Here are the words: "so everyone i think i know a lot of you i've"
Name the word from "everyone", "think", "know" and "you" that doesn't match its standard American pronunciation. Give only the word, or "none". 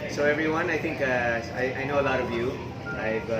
think